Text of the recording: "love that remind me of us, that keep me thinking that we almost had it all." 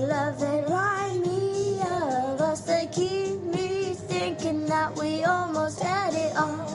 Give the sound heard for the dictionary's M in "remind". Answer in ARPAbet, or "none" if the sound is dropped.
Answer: none